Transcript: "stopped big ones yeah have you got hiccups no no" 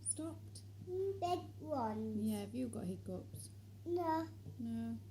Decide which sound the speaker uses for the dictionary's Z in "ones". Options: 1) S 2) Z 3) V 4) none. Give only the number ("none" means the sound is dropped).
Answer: 4